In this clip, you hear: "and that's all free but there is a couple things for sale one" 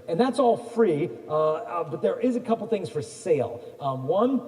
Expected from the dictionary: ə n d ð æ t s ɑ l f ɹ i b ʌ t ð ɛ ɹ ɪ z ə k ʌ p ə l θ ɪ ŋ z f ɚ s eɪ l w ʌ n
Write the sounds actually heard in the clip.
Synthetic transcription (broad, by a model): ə n ð æ t s ɑ l f ɹ i b ʌ t ð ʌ ɹ ɪ z ə k ʌ p l θ ɪ ŋ z f ɚ s eɪ l w ʌ n